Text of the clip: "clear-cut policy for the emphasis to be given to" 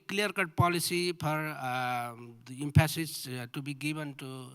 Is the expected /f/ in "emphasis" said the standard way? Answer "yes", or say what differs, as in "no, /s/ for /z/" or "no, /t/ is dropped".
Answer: no, /p/ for /f/